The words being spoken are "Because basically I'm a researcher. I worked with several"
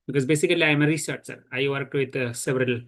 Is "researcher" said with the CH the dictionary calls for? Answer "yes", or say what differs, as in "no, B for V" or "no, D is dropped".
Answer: no, S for CH